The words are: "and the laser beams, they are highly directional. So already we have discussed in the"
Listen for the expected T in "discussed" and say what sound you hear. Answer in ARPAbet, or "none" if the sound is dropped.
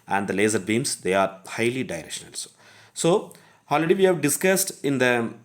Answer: T